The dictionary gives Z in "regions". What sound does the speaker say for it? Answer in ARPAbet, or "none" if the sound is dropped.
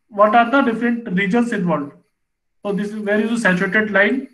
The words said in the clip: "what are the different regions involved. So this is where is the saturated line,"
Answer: S